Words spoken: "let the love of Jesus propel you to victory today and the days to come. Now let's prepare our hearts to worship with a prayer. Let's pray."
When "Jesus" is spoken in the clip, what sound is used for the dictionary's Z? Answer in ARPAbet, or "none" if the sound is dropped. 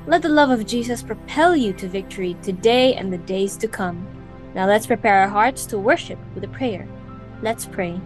Z